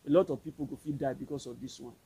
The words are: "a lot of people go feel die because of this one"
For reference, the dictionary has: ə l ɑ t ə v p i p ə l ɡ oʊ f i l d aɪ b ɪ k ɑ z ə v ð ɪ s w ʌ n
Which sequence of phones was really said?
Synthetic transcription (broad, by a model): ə l ɑ t ə v p i p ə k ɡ oʊ f i d aɪ b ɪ k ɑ s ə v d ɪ s w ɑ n